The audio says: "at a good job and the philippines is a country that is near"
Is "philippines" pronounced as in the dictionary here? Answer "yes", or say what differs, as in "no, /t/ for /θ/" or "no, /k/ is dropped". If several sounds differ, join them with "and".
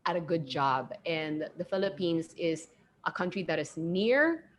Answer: yes